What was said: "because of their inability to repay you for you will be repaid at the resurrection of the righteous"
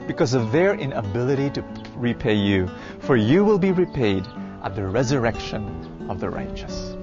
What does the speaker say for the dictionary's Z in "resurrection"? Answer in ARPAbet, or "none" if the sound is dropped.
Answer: Z